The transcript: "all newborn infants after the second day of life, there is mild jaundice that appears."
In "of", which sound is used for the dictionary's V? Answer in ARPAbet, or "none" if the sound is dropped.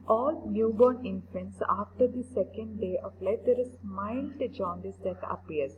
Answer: P